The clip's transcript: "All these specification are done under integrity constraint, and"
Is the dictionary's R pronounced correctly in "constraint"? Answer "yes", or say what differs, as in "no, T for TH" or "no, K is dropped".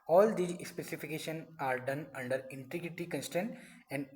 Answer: no, R is dropped